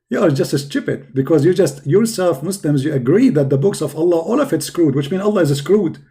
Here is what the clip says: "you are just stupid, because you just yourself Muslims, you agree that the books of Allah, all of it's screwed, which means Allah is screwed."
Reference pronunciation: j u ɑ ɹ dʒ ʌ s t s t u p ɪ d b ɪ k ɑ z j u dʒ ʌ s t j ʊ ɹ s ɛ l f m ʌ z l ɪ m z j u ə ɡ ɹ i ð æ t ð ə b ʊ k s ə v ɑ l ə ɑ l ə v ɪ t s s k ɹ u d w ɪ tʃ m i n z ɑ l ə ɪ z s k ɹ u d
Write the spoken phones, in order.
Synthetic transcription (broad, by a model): j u ɑ ɹ dʒ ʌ s t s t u p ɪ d b ɪ k ɑ z j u dʒ ʌ s t j ʊ ɹ s ɛ l f m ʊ s l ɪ m z j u ə ɡ ɹ i ð æ t ð ə b ʊ k s ə v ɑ l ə ɑ l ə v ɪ t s s k ɹ u d w ɪ tʃ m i n ɑ l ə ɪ z s k ɹ u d